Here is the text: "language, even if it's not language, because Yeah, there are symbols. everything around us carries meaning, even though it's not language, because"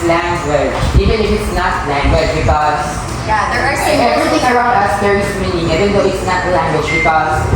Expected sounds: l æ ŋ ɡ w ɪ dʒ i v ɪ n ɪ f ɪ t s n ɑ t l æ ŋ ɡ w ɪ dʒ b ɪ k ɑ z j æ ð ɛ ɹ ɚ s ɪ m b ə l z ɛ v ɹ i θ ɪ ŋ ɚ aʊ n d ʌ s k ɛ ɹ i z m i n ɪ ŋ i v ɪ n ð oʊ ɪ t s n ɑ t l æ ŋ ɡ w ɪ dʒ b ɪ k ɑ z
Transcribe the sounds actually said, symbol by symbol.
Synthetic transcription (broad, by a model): l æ ŋ ɡ w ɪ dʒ i v ɪ n ɪ f ɪ t s n ɑ t l æ ŋ ɡ w ɪ dʒ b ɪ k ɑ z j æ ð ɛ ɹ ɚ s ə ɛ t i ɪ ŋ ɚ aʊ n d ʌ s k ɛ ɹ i s m i n ɪ ŋ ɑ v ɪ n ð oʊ ɪ t s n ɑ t l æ ŋ ɡ w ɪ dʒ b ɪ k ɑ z